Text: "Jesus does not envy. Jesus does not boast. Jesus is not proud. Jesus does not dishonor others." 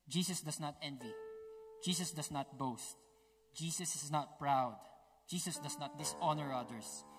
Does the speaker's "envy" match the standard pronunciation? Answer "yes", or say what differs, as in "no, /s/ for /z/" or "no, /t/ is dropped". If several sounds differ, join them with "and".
yes